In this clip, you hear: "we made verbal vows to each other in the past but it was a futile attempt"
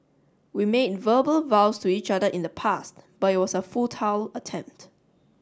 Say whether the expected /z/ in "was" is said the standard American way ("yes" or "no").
no